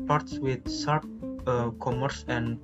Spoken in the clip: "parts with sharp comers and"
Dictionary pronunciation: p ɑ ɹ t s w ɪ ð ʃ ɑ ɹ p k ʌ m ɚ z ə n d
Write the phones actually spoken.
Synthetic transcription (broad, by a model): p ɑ ɹ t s w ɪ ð s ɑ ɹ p k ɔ m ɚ s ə n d